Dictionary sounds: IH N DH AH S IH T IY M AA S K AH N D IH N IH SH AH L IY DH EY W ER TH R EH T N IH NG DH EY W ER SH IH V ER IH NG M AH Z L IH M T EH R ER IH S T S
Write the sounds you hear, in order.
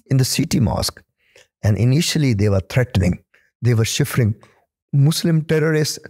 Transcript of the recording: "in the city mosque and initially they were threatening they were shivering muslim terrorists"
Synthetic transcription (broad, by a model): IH N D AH S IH T IY M AA S K AH N D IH N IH SH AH L IY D EY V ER T R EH T N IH NG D EY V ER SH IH F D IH NG M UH S L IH M T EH R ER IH S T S